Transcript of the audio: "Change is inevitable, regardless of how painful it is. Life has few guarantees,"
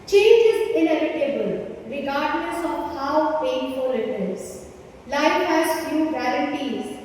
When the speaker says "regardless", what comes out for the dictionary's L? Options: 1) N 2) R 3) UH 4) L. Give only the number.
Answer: 1